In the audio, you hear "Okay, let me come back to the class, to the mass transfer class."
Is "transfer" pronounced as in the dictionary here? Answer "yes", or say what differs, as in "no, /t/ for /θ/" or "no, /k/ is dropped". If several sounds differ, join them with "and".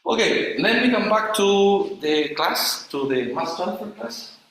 no, /ɹ/ is dropped and /s/ is dropped